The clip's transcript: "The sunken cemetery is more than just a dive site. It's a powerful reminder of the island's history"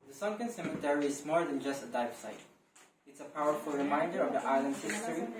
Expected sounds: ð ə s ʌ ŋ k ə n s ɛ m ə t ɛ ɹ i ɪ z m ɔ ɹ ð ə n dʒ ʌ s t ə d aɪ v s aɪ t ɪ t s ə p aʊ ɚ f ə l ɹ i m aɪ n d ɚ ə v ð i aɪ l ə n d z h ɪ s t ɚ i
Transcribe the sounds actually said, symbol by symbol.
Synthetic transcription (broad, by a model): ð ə s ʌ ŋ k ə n s ɛ m ə t ɛ ɹ i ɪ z m ɔ ɹ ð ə n dʒ ʌ s t ə d aɪ f s aɪ t ɪ t s ə p aʊ ɚ f ə l ɹ i m aɪ n d ɚ ə v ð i aɪ l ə n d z h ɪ s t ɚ i